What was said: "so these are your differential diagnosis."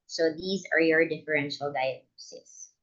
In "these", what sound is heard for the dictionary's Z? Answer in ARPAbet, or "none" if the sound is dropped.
Z